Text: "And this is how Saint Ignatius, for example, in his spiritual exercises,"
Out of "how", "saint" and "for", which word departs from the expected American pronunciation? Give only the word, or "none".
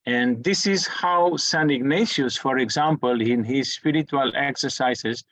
saint